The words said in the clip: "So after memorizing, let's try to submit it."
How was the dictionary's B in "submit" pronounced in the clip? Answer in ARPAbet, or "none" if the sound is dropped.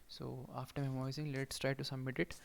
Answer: none